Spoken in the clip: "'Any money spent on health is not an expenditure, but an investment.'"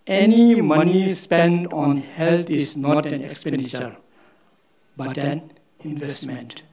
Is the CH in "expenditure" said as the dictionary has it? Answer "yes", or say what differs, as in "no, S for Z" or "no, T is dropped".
yes